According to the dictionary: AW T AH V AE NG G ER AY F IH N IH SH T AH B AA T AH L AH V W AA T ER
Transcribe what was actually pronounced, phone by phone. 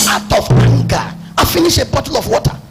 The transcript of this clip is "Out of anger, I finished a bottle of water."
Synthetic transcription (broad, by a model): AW T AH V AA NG G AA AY F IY N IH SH AH B AA T AH L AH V W AA T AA